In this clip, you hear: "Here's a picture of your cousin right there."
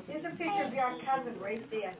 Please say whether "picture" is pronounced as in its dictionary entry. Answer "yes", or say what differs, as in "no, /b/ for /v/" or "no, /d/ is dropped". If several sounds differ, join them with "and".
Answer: no, /f/ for /p/